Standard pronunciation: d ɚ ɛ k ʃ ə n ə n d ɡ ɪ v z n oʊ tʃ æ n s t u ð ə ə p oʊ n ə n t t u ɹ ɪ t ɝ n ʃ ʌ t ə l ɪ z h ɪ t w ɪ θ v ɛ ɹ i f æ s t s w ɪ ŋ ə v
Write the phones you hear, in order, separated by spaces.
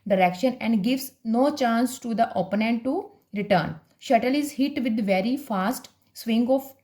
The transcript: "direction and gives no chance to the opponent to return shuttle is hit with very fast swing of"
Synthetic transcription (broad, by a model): d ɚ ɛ k ʃ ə n ə n d ɡ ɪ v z n oʊ tʃ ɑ n s t u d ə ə p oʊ n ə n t t u ɹ ɪ t ɝ n ʃ ʌ t ə l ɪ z h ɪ t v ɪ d v ɛ ɹ i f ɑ s t s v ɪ ŋ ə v